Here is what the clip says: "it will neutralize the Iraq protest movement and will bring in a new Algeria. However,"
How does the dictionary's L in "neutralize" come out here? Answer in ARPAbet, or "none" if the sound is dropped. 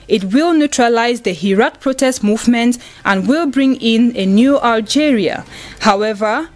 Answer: L